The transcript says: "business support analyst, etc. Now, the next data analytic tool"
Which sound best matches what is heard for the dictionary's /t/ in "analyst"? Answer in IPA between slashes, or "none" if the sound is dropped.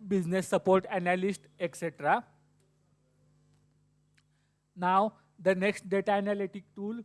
/t/